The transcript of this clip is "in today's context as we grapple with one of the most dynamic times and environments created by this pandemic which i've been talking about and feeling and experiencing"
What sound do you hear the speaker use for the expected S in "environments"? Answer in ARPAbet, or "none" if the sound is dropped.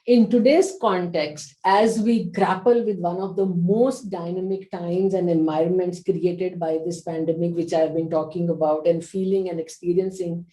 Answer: S